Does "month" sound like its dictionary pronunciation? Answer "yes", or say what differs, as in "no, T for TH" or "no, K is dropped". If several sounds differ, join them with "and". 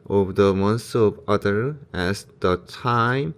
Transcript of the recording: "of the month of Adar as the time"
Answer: no, S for TH